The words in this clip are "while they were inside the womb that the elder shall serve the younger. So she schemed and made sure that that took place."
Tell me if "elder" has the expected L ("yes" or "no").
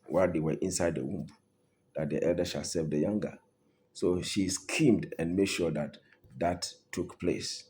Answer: yes